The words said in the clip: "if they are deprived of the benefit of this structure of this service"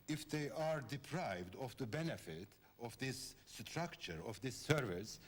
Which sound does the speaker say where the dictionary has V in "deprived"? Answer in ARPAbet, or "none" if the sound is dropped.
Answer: V